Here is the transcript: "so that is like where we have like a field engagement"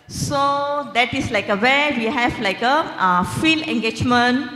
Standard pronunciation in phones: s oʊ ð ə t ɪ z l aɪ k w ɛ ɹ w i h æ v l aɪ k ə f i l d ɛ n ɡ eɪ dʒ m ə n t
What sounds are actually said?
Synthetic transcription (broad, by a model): s oʊ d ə t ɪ s l aɪ k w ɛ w i h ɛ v l aɪ k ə f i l ɛ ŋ ɡ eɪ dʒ m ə n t